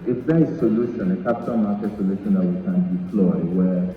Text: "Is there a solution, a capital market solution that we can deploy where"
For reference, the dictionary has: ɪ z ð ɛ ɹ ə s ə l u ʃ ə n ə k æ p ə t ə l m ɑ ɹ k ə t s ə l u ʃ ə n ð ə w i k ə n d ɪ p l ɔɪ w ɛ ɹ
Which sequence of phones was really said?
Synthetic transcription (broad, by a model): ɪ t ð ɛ ə s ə l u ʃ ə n ə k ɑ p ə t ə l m ɑ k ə s ə l u ʃ ə n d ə w i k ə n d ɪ f l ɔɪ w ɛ